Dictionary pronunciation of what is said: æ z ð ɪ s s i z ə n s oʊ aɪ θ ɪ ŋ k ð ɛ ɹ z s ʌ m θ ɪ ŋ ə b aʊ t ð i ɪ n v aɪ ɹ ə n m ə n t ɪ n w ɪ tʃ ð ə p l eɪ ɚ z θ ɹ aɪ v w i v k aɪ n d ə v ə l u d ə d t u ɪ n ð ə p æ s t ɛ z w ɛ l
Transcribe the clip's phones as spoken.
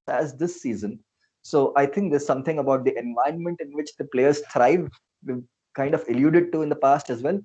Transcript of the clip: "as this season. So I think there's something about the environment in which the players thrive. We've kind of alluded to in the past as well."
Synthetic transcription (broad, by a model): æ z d ɪ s s i z ə n s oʊ aɪ t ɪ ŋ k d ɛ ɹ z s ʌ m t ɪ ŋ ə b aʊ t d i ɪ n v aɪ ə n m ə n t ɪ n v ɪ tʃ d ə p l eɪ ɚ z t ɹ aɪ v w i k aɪ n d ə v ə l u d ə d t u ɪ n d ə p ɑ s t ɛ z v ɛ l